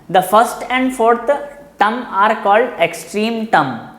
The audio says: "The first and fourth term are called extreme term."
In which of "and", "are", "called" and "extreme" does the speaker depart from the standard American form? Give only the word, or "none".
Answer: none